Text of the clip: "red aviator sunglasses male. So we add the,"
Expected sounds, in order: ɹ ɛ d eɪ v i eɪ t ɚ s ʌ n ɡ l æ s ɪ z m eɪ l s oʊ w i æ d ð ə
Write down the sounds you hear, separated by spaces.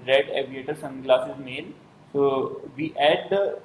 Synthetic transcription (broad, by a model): ɹ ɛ d eɪ v i eɪ t ɚ s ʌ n ɡ l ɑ s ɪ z m eɪ n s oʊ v i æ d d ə